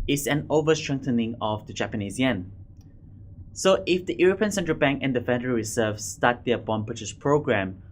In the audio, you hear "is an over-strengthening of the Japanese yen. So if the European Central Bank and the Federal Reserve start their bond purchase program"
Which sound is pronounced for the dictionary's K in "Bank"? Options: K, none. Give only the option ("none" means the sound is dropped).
K